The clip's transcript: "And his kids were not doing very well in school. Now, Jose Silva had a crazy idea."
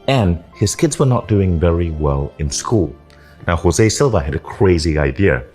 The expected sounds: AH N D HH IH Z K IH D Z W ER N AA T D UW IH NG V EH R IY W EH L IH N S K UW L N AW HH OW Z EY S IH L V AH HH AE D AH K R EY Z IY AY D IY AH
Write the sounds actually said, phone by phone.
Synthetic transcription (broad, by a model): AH N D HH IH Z K IH D Z W ER N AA T D UW IH NG V EH R IY W EH L IH N S K UW L N AW HH OW Z EY S IH L V AH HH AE D AH K R EY Z IY AY D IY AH